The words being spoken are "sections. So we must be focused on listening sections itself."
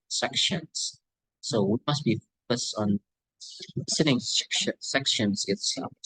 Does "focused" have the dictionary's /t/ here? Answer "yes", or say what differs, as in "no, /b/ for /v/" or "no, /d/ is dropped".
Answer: yes